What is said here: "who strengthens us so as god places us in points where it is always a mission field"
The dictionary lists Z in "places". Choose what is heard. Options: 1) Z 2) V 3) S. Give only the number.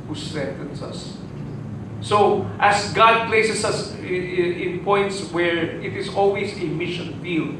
3